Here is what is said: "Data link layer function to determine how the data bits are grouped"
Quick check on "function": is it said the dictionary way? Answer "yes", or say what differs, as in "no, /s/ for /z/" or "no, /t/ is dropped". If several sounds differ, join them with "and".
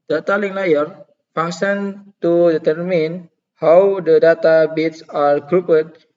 no, /k/ is dropped